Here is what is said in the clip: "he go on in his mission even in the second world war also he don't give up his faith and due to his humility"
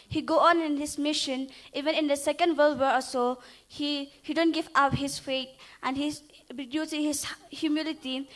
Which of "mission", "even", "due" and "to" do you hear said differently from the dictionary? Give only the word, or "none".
to